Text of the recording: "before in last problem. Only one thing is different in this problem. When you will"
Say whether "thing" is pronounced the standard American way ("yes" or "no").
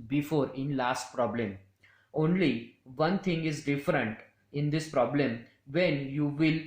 no